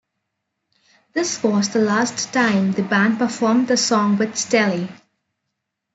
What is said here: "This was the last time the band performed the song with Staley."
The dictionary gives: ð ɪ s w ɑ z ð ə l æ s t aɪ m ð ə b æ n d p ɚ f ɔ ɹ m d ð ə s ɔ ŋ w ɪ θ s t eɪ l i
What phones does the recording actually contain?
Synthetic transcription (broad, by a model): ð ɪ s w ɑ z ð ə l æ s t aɪ m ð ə b æ n d p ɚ f ɔ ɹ m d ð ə s ɔ ŋ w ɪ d s t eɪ l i